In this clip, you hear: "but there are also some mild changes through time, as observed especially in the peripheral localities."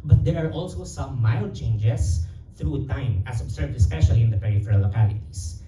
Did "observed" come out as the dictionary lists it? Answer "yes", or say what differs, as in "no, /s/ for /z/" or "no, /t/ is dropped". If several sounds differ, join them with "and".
no, /s/ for /z/